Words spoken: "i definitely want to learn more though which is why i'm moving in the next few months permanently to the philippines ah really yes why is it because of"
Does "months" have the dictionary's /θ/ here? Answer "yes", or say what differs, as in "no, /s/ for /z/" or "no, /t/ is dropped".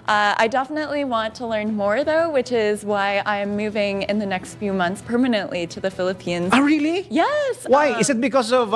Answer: yes